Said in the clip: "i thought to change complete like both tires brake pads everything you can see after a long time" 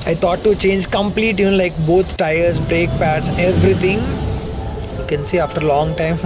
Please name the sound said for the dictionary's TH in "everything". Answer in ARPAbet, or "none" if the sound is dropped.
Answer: T